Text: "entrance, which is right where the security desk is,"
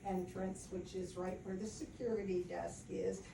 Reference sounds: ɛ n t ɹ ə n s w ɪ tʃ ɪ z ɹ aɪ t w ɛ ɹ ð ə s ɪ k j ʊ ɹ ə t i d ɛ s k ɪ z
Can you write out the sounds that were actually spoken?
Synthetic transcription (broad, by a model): ɛ n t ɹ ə n s w ɪ tʃ ɪ z ɹ aɪ t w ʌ ɹ ð ə s ɪ k j ʊ ɹ ə t i d ɛ s k ɪ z